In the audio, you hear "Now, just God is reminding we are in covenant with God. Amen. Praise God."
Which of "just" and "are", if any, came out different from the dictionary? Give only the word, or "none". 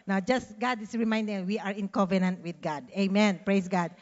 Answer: none